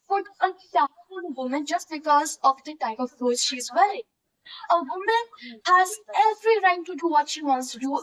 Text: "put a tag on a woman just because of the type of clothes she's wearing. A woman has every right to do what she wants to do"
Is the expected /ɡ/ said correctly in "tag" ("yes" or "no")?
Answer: no